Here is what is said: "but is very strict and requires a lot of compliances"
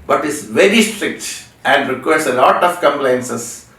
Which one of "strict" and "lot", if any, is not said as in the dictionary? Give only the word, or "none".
none